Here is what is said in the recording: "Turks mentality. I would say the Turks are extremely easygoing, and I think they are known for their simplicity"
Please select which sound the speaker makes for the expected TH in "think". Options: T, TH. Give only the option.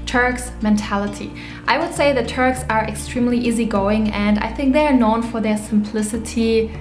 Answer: TH